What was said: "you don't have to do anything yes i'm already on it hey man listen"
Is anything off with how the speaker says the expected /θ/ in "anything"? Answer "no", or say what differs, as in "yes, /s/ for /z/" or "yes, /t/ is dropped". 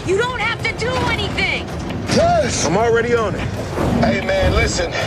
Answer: no